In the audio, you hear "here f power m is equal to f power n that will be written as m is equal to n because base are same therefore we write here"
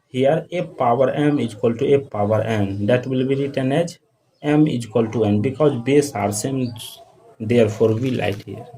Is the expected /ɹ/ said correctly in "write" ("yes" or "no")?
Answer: no